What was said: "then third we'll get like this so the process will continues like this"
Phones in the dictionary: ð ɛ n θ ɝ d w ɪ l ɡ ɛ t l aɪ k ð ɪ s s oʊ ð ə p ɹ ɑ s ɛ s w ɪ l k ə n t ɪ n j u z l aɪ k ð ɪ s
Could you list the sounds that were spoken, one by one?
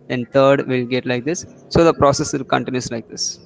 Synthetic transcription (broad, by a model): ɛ n t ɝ d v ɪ l ɡ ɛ t l aɪ k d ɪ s s oʊ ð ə p ɹ ɑ s ɛ s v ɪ l k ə n t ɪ n j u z l aɪ k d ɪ s